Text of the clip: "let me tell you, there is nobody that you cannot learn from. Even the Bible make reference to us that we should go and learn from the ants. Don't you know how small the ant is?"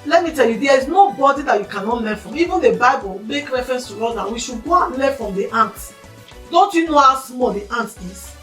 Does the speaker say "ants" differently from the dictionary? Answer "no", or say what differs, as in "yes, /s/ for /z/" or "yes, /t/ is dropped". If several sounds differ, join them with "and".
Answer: yes, /s/ is dropped